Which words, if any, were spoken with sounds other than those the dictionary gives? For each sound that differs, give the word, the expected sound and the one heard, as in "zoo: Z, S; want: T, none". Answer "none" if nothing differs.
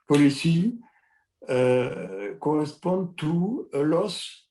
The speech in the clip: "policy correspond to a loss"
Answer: correspond: N, none